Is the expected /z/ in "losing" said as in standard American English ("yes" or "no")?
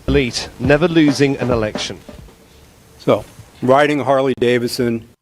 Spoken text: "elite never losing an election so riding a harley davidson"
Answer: yes